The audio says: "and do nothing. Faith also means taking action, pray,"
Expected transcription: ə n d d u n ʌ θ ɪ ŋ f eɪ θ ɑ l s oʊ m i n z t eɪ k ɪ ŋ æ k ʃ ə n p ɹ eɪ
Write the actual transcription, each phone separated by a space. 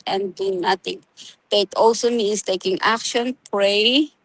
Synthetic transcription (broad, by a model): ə n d d u n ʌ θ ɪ ŋ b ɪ t ɑ l s oʊ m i n s t eɪ k ɪ ŋ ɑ k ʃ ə n p ɹ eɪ